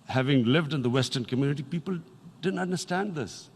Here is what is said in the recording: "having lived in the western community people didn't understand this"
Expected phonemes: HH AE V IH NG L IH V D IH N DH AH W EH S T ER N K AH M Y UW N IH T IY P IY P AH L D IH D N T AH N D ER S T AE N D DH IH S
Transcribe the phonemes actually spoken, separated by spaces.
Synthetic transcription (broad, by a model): HH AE V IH NG L IH V D IH N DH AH W EH S T ER N K AH M Y UW N IH T IY P IY P AH L D IH D N T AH N D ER S T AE N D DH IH S